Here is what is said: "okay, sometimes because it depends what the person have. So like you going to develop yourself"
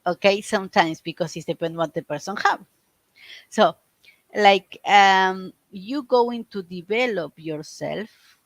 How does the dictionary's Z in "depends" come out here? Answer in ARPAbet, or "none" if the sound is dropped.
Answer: none